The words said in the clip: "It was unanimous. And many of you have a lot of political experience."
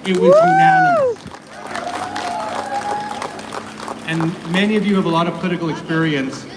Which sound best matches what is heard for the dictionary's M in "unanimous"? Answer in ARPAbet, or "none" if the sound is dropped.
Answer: none